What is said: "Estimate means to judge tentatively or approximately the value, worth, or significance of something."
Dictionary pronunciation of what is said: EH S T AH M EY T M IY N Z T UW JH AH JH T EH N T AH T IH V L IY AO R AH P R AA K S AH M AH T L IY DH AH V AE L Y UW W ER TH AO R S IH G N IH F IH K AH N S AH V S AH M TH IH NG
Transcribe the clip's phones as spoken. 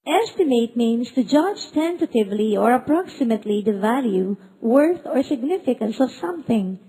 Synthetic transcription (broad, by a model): EH S T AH M EY T M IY N S T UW JH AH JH T EH N T AH T IH V L IY AO R AH P R AA K S AH M AH T L IY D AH V AE L Y UW W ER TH AO R S IH G N IH F IH K AH N S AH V S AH M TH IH NG